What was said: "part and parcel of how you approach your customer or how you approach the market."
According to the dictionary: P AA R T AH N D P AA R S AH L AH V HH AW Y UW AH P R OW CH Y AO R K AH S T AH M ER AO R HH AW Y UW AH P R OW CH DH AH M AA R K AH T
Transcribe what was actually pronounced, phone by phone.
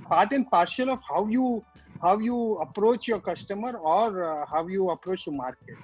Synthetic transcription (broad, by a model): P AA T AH N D P AA R SH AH L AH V HH AW Y UW AH P R OW CH Y AO R K AH S T AH M ER AO R HH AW Y UW AH P R OW CH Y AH M AA R K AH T